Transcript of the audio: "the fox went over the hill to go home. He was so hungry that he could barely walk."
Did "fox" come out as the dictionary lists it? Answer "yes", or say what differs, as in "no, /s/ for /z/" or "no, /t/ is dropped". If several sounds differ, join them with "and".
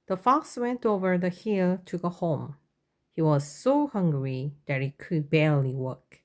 yes